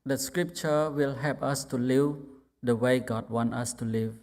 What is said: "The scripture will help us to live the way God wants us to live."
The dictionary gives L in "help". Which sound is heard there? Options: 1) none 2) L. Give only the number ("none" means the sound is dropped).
1